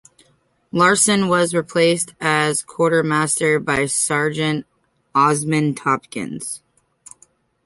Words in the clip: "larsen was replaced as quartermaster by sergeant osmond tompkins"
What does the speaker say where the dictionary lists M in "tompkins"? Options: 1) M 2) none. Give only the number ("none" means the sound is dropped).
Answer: 2